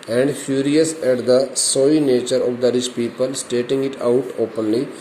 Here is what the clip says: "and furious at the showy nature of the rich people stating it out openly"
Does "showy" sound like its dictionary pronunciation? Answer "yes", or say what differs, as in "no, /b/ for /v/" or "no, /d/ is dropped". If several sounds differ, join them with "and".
no, /s/ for /ʃ/